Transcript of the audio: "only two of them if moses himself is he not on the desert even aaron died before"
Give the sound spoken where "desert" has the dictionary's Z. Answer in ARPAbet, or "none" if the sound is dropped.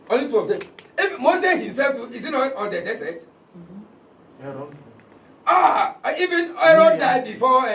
S